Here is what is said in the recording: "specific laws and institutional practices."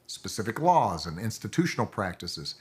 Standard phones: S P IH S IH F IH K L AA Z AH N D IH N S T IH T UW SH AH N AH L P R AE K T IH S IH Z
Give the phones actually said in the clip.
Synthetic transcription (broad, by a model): S P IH S IH F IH K L AA Z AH N IH N S T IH T UW SH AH N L P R AE K T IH S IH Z